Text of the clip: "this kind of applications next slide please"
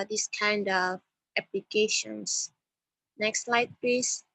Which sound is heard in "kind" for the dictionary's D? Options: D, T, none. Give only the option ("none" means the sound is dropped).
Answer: D